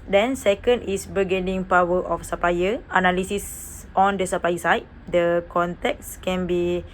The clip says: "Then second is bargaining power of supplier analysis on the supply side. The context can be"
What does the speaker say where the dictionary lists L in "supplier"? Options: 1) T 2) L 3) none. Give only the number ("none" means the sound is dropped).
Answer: 3